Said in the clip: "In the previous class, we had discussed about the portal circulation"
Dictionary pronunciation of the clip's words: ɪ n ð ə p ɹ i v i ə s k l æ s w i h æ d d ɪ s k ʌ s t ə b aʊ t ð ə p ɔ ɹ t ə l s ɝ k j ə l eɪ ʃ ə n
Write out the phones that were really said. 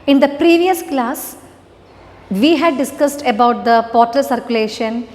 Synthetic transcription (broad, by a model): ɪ n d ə p ɹ i v i ə s k l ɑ s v i h æ d d ɪ s k ʌ s t ə b aʊ t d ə p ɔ ɹ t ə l s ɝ k j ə l eɪ ʃ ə n